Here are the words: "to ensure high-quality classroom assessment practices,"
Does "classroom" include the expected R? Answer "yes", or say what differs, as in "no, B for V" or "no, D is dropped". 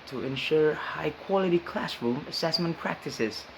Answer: yes